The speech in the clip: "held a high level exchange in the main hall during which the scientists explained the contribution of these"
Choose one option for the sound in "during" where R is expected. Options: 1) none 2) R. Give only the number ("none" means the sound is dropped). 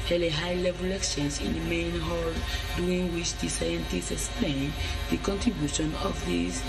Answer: 1